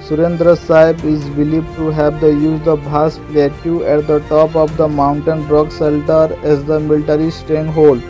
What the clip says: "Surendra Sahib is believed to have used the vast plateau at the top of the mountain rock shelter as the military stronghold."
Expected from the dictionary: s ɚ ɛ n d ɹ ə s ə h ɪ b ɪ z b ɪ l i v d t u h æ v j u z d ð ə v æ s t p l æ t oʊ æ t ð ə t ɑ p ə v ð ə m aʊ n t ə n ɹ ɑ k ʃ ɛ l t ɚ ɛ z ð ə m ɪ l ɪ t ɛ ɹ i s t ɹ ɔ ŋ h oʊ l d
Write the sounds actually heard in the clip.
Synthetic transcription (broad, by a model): s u ɛ n d ɹ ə s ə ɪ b ɪ z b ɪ l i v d t u h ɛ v j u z d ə b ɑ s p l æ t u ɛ t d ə t ɑ p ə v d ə m aʊ n t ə n ɹ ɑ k s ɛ l t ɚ ɛ z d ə m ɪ l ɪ t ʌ ɹ i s t ɹ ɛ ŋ h oʊ l d